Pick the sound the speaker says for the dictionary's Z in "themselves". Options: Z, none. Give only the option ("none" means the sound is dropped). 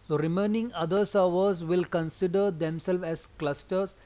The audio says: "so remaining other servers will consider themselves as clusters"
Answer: none